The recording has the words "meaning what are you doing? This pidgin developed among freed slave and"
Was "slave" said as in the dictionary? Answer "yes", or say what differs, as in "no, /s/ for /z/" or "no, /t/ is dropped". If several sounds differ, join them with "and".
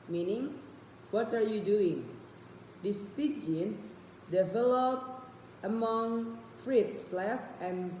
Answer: no, /f/ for /v/